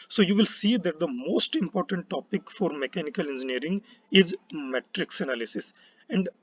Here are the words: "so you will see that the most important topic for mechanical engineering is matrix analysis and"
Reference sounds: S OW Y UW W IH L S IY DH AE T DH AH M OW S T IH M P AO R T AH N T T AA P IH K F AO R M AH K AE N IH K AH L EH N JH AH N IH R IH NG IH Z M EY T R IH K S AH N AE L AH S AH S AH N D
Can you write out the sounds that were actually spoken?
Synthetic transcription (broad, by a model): S OW Y UW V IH L S IY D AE T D AH M OW S T IH M P AO R T AH N T T AA P IH K F AO R M AH K AE N IH K AH L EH N JH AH N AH R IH NG IH Z M EY T R IH K S AH N AE L AH S AH S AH N D